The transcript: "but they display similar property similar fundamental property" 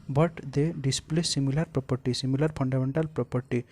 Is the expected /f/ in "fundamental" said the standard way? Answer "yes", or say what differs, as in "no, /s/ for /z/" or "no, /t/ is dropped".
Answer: no, /p/ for /f/